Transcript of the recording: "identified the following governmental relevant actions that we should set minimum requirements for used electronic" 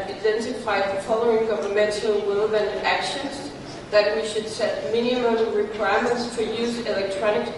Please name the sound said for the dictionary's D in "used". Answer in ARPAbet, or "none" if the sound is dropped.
none